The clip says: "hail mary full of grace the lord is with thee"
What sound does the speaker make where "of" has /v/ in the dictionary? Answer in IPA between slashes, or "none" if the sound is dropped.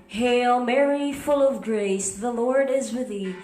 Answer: /v/